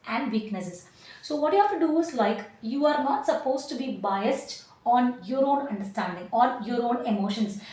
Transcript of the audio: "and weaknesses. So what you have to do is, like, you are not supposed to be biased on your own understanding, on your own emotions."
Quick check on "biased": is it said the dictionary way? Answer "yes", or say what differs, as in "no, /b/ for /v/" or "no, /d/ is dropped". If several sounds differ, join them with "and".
yes